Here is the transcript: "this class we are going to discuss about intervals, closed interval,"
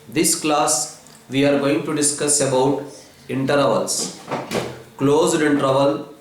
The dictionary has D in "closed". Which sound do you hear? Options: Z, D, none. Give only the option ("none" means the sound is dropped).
D